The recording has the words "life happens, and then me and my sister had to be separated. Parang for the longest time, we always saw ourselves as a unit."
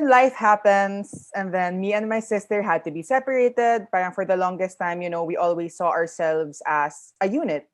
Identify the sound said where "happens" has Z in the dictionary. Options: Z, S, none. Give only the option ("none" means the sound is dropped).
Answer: S